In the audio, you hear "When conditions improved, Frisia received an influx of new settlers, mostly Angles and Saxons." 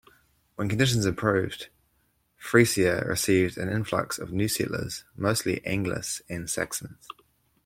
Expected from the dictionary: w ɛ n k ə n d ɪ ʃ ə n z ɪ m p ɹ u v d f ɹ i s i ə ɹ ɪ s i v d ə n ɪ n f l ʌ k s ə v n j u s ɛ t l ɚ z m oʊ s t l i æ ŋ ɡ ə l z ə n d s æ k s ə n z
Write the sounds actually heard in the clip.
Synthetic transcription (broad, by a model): w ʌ n k ə n d ɪ ʃ ə n z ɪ p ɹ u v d f ɹ i s i ə ɹ ɪ s i v d ə n ɪ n f l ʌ k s ə v n j u s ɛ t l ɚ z m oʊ s t l i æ ŋ ɡ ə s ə n s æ k s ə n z